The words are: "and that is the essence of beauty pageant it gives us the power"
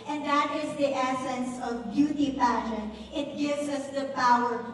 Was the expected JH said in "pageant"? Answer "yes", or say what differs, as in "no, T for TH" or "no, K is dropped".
no, SH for JH